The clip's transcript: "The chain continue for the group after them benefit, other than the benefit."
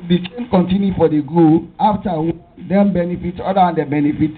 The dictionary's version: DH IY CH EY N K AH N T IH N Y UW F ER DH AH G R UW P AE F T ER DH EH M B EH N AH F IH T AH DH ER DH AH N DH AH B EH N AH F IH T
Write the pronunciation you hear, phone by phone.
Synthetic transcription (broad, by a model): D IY CH EY N K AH N T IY N Y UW F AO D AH G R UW AA F T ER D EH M B EH N AH F IH T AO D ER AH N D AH B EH N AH F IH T